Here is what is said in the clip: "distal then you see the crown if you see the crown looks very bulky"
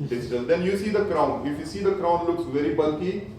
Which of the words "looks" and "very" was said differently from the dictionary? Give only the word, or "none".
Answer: none